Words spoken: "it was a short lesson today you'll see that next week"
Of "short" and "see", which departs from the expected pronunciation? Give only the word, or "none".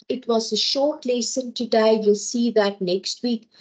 none